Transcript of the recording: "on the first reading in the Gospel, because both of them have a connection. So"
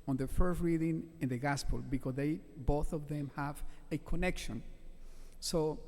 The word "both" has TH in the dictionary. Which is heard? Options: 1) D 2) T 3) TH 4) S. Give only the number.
3